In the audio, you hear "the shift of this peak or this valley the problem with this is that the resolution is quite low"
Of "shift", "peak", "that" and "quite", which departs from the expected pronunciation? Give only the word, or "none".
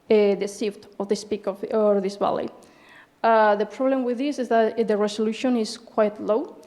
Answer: shift